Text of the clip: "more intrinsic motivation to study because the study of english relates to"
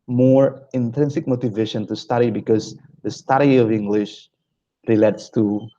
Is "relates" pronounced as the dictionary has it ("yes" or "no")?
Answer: yes